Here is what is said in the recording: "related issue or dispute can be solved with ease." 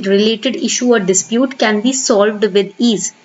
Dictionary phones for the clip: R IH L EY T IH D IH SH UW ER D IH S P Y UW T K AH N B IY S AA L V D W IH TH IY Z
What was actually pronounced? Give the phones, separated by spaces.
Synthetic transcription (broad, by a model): R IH L EY T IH D IH SH UW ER D IH S P Y UW T K AH N B IY S AA L V D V IH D IY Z